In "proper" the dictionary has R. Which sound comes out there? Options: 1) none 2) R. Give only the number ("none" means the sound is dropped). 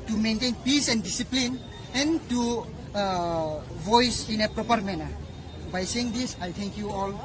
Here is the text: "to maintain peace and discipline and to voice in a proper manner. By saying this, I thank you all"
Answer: 2